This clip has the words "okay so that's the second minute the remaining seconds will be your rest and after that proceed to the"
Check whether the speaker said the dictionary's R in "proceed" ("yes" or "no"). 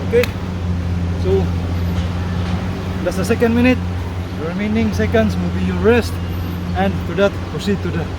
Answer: no